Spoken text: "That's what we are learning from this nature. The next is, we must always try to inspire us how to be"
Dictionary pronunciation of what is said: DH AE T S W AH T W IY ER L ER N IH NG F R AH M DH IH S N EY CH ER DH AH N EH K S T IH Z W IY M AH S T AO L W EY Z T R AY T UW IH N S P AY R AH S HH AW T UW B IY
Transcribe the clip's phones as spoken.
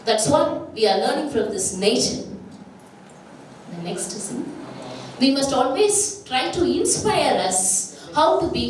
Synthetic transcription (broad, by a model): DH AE T S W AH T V IY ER L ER N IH NG F R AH M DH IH S N EY SH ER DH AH N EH K S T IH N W IY M AH S T AO L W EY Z T R AY T UW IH N S P AY R AH S HH AW T UW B IY